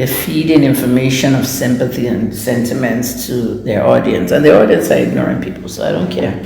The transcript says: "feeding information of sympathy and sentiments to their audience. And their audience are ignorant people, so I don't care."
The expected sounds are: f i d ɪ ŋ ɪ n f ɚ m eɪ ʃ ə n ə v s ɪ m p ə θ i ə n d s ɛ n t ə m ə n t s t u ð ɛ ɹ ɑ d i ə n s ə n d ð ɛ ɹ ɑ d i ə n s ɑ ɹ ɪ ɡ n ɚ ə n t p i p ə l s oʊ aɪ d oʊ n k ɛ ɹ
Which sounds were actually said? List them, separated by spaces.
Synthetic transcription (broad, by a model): f i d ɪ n ɪ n f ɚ m eɪ ʃ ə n ə v s ɪ m p ə θ i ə n s ɛ n t ə m ə n t s t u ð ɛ ɹ ɑ d i ə n s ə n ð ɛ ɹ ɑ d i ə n s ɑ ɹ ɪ ɡ n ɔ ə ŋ p i p l s oʊ aɪ d oʊ n k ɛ ɹ